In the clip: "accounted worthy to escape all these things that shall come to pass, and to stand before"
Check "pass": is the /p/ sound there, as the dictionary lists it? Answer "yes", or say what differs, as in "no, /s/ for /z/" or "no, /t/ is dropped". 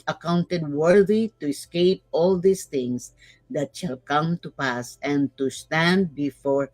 yes